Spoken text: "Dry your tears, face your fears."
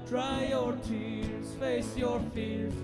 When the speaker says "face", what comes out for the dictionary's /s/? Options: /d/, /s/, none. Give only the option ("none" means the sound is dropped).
/s/